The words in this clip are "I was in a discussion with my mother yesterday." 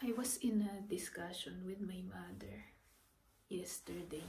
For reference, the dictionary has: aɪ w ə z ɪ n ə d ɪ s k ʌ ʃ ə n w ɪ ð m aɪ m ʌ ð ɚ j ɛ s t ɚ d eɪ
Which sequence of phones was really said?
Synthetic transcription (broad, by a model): aɪ w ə s ɪ n ə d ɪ s k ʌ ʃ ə n w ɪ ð m aɪ m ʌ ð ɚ j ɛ s t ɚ d eɪ